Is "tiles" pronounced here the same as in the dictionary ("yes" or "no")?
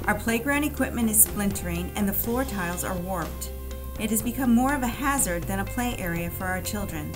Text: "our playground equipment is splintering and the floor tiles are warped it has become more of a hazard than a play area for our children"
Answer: yes